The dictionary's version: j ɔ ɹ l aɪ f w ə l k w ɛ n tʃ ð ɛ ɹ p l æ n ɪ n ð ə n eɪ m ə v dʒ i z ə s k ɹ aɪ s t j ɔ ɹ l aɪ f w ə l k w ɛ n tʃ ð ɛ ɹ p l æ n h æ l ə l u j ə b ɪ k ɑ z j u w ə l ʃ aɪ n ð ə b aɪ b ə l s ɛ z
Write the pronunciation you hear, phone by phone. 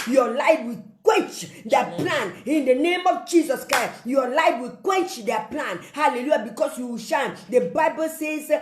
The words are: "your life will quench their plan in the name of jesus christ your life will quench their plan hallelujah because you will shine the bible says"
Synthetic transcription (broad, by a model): j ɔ l aɪ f w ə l k w ɛ n tʃ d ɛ p l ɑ n ɪ n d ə n eɪ m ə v dʒ i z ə s k ɹ aɪ s j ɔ l aɪ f w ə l k w ɛ n tʃ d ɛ p l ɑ n h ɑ l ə l u j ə b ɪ k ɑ s j u w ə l ʃ aɪ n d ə b aɪ b ə l s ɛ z